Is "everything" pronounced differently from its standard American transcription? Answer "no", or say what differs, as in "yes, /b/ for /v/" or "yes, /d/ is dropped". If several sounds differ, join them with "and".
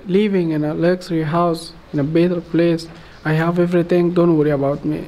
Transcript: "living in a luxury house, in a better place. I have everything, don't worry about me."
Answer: yes, /t/ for /θ/